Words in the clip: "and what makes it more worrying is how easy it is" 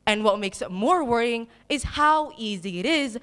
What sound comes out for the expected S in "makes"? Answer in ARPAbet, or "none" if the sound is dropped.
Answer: S